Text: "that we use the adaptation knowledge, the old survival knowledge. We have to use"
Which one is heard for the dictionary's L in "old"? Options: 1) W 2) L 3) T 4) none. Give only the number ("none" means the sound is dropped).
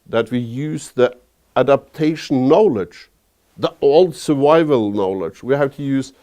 2